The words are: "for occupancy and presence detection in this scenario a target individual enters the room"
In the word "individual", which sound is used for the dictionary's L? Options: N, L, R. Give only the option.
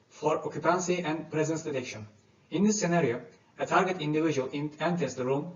N